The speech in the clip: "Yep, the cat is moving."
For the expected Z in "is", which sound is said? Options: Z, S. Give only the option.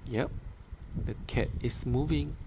S